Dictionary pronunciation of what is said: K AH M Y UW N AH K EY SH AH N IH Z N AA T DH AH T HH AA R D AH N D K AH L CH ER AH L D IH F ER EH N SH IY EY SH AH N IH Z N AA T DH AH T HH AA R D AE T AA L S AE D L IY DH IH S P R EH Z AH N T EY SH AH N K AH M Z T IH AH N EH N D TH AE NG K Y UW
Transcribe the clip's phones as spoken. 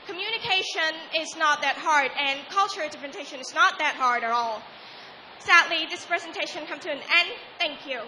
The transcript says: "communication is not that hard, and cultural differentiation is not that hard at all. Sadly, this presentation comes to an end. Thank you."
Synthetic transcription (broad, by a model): K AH M Y UW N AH K EY SH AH N IH Z N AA T DH AH T HH AA R D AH N K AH L CH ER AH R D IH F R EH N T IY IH SH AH N IH Z N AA T DH AH T HH AA R D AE T AA L S AE D L IY DH IH S P R EH Z AH N T EY SH AH N K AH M T IH AH N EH N TH AE NG K Y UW